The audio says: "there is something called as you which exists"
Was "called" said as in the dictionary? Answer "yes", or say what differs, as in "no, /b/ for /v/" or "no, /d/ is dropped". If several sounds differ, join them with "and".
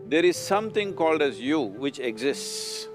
yes